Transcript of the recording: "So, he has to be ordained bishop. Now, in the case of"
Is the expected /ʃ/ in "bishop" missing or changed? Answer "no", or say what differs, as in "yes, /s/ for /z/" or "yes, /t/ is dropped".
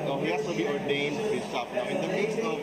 yes, /s/ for /ʃ/